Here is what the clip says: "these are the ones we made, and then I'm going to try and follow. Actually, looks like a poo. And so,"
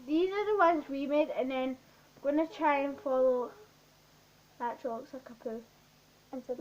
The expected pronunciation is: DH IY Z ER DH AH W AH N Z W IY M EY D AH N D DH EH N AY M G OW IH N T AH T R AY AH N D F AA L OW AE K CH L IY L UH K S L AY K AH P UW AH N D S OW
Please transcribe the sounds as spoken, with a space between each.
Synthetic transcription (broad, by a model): DH IY Z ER DH AH W AH N Z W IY M EY D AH N DH EH N G OW IH N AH T R AY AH N F AA L OW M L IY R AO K S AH K AH P UW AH N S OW